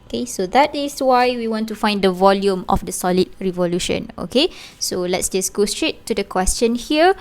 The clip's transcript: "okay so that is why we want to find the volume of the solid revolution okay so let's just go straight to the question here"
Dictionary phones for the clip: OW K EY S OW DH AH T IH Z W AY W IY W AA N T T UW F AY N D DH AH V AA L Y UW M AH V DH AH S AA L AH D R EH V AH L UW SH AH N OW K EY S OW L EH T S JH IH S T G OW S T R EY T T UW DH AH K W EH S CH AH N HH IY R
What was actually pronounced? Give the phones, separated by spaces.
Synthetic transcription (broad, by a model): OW K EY S OW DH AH T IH S W AY W IY W AA N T T UW F AY N D AH V AA L Y UW M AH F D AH S AA L AH D R EH V AH L UW SH AH N OW K EY S OW L EH T S JH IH S G OW S T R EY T T UW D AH K W EH S CH AH N HH IY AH